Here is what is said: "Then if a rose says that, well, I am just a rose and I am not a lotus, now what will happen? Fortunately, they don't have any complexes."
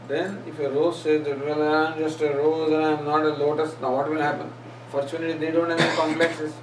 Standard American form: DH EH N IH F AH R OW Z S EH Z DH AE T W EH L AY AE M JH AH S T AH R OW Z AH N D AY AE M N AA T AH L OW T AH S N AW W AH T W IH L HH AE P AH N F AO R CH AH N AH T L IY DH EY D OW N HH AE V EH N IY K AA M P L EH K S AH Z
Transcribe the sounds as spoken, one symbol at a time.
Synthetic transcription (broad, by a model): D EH N IH F AH R OW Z S EH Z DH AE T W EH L AY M JH AH S T AH R OW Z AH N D AY M N AA T AH L OW T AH S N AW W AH T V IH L HH AE P AH N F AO R CH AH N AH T IY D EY D OW N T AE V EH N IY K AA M P L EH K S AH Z